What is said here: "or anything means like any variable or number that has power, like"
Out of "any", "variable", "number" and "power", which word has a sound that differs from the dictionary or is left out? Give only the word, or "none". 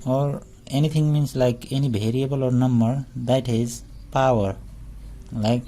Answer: variable